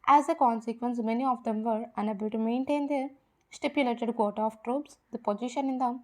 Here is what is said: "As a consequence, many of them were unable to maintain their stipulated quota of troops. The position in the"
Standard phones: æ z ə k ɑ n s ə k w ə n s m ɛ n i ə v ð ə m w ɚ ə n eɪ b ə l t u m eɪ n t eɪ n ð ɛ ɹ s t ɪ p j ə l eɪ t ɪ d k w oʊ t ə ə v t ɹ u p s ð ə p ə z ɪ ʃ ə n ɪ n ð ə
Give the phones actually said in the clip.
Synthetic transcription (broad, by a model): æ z ə k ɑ n s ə k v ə n s m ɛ n i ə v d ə m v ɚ ə n eɪ b ə l t u m eɪ n t eɪ n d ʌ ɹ s t ɪ p j ə l eɪ t ɪ d k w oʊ t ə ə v t ɹ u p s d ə p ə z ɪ ʃ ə n ɪ n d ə